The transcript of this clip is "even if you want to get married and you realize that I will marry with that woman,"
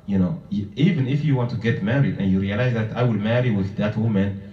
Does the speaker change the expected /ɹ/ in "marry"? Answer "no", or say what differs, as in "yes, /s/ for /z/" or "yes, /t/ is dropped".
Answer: no